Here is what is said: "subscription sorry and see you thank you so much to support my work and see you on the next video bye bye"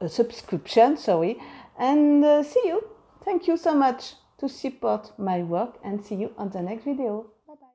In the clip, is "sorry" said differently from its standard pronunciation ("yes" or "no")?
yes